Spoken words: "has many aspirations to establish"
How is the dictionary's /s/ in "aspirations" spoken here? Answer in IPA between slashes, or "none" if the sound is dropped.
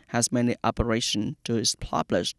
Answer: none